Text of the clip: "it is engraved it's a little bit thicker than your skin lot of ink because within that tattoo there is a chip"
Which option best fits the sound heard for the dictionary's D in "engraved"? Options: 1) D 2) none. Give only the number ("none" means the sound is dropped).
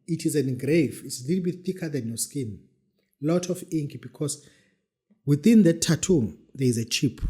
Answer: 2